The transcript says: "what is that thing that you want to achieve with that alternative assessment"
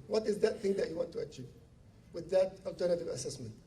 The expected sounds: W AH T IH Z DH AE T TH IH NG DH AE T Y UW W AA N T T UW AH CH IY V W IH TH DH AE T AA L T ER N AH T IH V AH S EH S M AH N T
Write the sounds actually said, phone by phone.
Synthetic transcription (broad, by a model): W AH T IH Z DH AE T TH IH NG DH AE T Y UW W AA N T T UW AH CH IY V W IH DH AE T AA L T ER N AH T IH V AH S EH S M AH N T